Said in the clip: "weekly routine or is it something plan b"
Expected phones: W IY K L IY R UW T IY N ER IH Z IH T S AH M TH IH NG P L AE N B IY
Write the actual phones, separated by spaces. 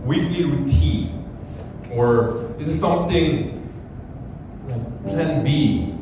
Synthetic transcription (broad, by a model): W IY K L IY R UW T IY ER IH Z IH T S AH M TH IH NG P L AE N B IY